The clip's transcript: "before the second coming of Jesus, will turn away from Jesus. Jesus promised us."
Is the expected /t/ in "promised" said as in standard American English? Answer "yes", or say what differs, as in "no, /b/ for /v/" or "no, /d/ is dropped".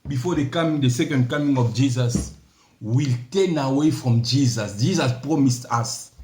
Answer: yes